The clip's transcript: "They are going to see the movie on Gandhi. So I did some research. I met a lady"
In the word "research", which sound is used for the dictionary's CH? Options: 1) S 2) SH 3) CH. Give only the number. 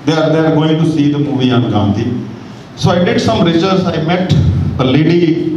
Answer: 1